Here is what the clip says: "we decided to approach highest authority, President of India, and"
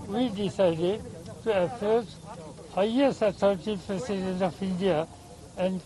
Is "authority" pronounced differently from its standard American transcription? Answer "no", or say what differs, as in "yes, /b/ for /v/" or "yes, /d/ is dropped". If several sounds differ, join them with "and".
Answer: yes, /t/ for /θ/